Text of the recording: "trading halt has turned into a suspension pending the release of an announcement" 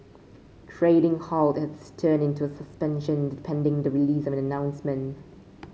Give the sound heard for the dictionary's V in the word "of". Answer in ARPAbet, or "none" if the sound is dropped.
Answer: V